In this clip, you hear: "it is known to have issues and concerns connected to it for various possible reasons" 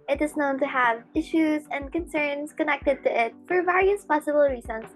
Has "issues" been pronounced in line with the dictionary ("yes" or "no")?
yes